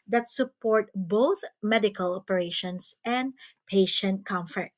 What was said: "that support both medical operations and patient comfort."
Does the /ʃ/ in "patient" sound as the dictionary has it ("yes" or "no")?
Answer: yes